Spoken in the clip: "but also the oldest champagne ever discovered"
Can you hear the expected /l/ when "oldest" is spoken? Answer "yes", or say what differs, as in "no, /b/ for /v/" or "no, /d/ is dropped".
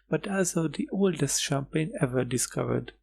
yes